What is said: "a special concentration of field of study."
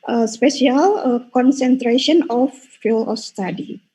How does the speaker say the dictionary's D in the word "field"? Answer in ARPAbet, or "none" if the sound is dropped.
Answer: none